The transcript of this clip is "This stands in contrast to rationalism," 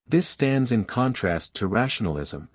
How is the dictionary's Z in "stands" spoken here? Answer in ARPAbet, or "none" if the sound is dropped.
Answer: Z